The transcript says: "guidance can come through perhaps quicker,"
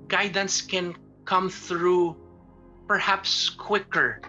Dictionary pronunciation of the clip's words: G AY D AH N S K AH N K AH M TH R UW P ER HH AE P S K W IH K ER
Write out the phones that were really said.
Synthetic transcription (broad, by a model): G AY D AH N S K AH N K AH M TH R UW P ER HH AE P S K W IH K ER